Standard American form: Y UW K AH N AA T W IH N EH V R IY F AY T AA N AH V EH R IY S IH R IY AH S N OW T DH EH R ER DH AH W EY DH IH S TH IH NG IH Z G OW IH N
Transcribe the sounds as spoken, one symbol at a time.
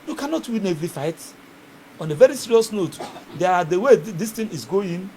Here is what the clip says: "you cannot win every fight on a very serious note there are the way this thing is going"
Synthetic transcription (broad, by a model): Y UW K AH N AA T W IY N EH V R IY F AY T AA N AH V EH R IY S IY R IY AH S N OW T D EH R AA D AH W EY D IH S T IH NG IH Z G OW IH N